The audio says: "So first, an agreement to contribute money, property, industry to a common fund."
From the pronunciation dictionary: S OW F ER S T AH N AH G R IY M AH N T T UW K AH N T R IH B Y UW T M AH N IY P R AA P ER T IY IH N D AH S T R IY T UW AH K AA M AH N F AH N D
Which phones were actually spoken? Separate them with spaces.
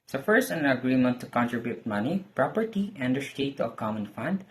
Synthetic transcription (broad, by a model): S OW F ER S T AH N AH G R IY M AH N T T UW K AH N T R IH B Y UW T M AH N IY P R AA P ER T IY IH N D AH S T IY T UW AH K AA M AH N F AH N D